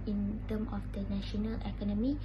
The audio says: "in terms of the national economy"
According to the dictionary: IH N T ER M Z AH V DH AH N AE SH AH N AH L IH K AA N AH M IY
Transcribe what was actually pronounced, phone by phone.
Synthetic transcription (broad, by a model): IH N T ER M AH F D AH N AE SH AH N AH L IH K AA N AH M IY